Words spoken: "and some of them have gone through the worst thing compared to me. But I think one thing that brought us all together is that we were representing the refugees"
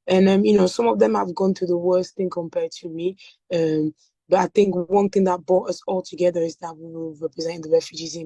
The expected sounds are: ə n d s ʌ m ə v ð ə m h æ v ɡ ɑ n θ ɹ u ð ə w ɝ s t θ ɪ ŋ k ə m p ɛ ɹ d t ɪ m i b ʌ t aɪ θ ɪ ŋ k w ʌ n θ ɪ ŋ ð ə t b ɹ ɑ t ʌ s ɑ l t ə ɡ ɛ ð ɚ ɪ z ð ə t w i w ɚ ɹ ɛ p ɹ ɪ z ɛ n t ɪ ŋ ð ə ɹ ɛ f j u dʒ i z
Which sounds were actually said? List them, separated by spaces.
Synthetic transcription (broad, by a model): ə n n s ʌ m ə v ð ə m h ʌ v ɡ ɑ n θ u ð ə w ɝ s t θ ɪ ŋ k ə m p ɛ ɹ d t ɪ m i b ʌ t aɪ θ ɪ ŋ k w ʌ n θ ɪ ŋ ð ə t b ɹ ɑ t ʌ s ɑ l t ə ɡ ɛ ð ɚ ɪ z ð ə t w i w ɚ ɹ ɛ p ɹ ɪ z ɛ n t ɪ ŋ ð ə ɹ ɛ f j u dʒ i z